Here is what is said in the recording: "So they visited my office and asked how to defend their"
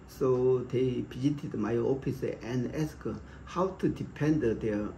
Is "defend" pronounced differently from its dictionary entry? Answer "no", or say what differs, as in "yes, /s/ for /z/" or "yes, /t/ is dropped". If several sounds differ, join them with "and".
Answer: yes, /p/ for /f/